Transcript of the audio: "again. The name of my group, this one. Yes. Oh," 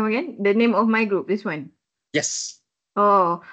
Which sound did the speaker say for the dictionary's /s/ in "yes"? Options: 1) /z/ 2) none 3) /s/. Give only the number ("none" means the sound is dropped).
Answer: 3